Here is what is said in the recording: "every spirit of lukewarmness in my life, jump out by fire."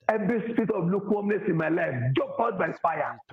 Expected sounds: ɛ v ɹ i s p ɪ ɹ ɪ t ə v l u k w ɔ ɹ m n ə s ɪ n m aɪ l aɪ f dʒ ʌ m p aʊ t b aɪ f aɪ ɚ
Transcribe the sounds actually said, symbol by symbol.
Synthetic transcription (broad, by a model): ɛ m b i s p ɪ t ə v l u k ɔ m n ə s ɪ n m aɪ l aɪ f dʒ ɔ p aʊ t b aɪ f aɪ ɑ